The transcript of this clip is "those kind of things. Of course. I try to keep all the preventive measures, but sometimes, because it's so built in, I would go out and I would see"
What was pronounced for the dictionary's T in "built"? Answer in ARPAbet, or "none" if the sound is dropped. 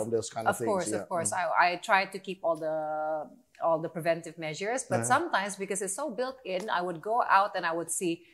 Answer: T